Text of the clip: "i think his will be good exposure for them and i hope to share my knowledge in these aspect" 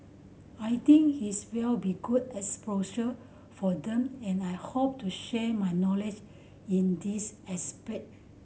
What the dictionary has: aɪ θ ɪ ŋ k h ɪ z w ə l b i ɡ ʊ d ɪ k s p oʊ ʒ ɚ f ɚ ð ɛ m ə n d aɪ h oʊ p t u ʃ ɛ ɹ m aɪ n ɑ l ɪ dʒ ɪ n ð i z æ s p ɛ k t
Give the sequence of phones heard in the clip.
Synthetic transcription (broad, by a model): aɪ t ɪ ŋ k h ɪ s w ə l b i ɡ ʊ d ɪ s p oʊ ʃ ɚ f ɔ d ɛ m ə n aɪ h oʊ p t u ʃ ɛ m aɪ n ɑ l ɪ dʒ ɪ n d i s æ s p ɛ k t